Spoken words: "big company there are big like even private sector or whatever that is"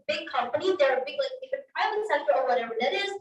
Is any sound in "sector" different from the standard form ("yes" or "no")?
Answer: yes